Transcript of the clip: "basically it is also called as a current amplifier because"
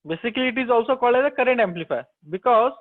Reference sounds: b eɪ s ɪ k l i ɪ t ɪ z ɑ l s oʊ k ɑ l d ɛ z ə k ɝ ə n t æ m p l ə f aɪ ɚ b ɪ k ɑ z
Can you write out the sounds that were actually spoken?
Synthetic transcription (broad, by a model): b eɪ s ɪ k l i ɪ t ɪ z ɑ l s oʊ k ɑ l ɛ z ə k ɝ ə n t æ m p l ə f aɪ b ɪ k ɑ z